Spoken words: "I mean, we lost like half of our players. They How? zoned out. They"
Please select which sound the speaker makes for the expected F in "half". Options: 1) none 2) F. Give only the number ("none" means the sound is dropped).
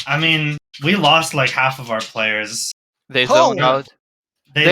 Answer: 2